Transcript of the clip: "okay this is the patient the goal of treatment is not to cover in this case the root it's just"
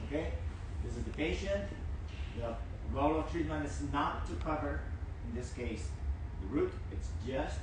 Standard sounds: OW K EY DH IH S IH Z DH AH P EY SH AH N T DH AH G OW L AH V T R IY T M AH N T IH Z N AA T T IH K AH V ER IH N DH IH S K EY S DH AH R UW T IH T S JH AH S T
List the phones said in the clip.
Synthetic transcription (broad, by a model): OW K EY DH IH S IH Z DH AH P EY SH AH N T DH AH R OW L AH V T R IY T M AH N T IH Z N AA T T IH K AH V ER IH N DH IH S K EY S DH AH R UW T IH T S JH AH S T